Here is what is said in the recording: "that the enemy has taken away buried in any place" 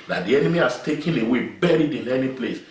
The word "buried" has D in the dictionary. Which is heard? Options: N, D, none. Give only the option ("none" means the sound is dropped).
D